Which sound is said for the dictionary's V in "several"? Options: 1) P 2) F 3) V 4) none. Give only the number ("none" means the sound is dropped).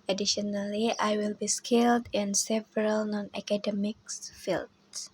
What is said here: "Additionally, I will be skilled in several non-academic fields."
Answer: 3